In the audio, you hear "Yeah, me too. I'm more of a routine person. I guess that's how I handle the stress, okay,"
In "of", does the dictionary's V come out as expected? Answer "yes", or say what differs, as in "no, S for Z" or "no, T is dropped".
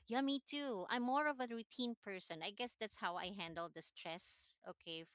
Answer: yes